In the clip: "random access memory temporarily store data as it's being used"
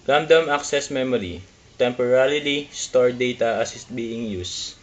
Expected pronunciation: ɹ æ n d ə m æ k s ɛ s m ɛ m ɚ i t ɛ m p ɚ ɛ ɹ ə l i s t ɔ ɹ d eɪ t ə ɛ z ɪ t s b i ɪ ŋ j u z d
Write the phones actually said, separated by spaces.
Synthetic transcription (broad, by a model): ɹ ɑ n d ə m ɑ k s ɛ s m ɛ m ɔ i t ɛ m p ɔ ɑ l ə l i s t ɔ ɹ d eɪ t ə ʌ s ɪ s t b i ɪ ŋ j u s